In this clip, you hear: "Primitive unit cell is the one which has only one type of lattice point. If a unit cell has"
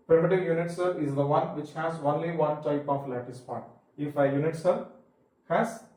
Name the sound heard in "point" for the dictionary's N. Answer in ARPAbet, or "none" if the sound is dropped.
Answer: none